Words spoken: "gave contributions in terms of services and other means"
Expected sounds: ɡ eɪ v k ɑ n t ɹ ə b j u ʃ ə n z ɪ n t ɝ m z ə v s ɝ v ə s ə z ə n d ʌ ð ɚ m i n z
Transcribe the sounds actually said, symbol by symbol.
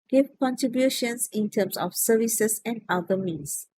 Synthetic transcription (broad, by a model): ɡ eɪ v k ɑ n t ɹ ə b j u ʃ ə n s ɪ n t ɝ m s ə f s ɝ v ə s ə s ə n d ʌ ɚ m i n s